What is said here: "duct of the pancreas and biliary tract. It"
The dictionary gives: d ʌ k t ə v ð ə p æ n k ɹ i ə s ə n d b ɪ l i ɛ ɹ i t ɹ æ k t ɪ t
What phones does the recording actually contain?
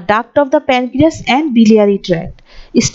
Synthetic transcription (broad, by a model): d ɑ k t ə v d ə p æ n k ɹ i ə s ə n d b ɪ l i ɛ ɹ i t ɹ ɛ t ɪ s